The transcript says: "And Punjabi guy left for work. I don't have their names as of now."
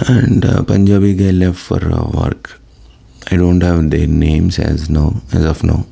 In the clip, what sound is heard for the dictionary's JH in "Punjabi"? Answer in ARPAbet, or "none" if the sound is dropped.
JH